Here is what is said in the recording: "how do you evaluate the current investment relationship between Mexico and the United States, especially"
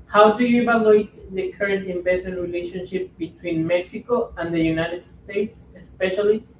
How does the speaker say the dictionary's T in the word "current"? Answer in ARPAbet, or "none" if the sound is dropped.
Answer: T